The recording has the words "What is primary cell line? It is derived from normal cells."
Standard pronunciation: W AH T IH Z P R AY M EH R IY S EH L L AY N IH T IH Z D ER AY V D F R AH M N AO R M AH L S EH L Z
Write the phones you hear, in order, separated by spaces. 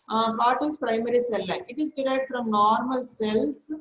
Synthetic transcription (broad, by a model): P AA T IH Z P R AY M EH R IY S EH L L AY IH T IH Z D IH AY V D F R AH M N AO R M AH L S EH L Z